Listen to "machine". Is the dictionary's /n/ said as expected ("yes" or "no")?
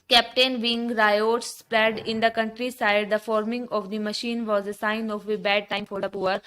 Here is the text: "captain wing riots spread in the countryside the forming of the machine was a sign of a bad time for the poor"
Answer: yes